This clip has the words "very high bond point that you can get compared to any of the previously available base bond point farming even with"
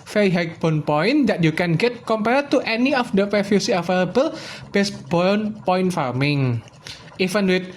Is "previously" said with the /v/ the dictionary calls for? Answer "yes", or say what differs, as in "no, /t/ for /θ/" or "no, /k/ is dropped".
no, /f/ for /v/